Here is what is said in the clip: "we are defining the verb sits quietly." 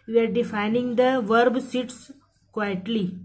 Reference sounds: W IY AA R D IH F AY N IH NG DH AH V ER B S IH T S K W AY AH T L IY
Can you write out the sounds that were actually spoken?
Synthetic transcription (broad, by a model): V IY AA R D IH F AY N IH NG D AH V ER B S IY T S K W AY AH T L IY